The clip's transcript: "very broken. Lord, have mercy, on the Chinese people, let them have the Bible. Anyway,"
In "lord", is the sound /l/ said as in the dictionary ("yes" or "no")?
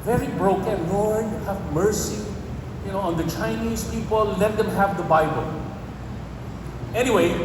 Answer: no